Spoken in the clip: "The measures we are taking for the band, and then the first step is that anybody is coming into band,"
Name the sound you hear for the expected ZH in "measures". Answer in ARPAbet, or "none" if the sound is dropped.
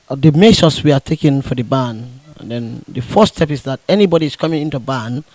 S